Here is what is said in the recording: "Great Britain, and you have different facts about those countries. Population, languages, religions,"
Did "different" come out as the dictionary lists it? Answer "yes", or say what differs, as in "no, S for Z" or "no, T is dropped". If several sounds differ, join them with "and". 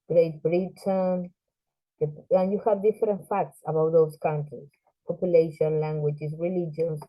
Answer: yes